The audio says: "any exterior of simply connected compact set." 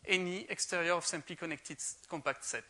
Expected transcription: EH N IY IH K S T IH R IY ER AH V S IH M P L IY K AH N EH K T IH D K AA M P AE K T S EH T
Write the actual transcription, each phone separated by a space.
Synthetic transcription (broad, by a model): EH N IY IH K S T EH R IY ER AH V S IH M P L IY K AH N EH K T IH D K AA M P AE K T S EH T